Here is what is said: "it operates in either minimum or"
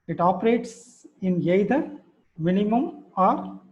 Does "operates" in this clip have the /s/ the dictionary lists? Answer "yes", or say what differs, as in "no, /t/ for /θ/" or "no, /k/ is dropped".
yes